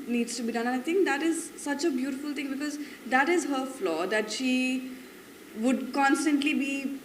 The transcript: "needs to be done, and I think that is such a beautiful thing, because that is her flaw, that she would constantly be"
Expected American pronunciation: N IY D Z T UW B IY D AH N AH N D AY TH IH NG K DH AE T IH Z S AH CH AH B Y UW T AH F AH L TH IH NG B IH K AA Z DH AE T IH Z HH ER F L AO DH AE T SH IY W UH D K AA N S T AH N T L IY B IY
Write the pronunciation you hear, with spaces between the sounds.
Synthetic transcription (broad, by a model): N IY D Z T UW B IY D AH N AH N AY T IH NG K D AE T IH Z S AH CH AH B Y UW T AH F AH L T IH NG B IH K AA Z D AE T IH Z HH ER F L AO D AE T SH IY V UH D K AA N S T AH N T L IY B IY